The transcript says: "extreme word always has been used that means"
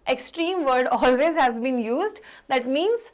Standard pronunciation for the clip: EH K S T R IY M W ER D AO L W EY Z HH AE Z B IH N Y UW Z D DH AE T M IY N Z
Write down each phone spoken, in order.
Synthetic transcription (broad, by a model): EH K S T R IY M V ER D AO L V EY Z HH AE Z B IH N Y UW Z D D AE T M IY N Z